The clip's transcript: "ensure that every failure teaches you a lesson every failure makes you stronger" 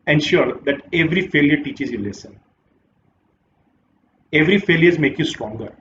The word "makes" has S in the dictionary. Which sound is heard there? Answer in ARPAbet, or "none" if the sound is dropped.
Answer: none